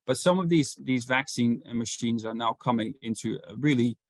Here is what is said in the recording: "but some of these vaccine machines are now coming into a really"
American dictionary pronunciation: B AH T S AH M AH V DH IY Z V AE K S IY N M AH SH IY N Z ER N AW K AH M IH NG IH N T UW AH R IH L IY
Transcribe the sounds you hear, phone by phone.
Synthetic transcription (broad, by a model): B AH T S AH M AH V DH IY Z V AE K S IY N M AH SH IY N Z ER N AW K AH M IH NG IH N T UW AH R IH L IY